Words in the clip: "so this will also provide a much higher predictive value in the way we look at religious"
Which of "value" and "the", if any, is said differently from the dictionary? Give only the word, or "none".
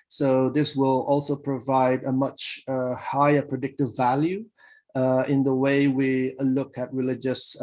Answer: none